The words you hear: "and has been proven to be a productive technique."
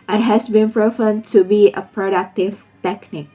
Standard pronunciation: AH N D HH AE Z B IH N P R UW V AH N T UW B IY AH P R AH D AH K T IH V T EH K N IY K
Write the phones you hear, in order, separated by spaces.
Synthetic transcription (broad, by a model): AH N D HH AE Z B IH N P R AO F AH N T UW B IY AH P R AH D AH K T IH V T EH K N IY K